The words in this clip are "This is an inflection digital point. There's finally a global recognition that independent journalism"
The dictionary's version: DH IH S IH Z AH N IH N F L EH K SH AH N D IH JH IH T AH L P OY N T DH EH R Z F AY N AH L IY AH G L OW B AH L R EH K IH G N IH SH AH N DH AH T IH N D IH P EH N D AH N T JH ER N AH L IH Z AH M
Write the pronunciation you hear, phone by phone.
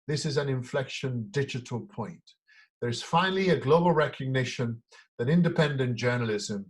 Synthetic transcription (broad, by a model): DH IH S IH Z AH N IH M F L EH K SH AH N D IH JH IH T AH L P OY N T DH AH R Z F AY N AH L IY AH G L OW B AH L R EH K IH G N IH SH AH N DH AH T IH N D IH P EH N D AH N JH ER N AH L IH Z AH M